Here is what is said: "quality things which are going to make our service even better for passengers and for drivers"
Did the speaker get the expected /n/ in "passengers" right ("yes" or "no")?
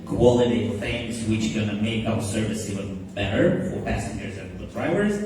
yes